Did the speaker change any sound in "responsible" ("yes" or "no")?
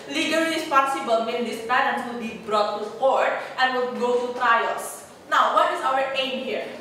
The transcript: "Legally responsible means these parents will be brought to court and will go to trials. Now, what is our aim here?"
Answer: yes